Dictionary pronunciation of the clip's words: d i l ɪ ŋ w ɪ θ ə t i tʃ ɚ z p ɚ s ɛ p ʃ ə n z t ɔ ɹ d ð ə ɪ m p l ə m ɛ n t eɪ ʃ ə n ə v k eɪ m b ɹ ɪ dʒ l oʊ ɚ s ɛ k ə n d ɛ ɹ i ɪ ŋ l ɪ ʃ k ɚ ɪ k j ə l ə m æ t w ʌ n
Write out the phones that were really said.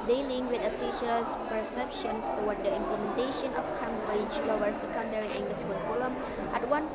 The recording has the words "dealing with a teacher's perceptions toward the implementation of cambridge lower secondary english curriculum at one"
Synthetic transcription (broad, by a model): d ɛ l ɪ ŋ w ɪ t ə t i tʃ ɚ s p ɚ s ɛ p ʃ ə n s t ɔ w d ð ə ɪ m p l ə m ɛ n t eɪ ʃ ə n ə f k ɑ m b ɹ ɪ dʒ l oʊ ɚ s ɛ k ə n d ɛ ɹ i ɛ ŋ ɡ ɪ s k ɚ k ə l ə m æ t w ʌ n